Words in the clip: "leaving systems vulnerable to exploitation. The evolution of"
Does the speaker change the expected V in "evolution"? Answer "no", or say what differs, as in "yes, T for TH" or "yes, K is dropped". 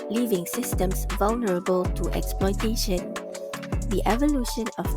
no